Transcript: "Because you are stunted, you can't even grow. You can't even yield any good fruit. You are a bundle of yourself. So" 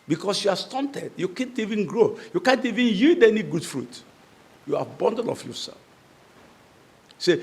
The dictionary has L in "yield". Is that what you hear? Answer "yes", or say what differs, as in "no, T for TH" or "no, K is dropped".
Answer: no, L is dropped